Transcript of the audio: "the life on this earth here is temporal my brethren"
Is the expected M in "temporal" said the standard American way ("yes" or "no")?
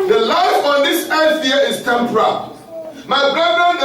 yes